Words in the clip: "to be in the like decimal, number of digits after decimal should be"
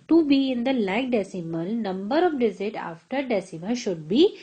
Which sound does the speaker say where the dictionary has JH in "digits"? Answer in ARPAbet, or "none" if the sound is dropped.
Z